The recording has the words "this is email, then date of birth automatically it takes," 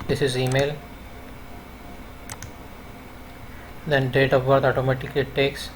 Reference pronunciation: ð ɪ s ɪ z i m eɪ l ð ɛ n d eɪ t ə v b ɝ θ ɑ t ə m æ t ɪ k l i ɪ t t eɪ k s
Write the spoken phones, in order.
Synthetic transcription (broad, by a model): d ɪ s ɪ z i m eɪ l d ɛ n d eɪ t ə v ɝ t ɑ t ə m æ t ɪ k ɪ t t eɪ k s